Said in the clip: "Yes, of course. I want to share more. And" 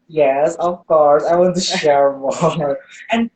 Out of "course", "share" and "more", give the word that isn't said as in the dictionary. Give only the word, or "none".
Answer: more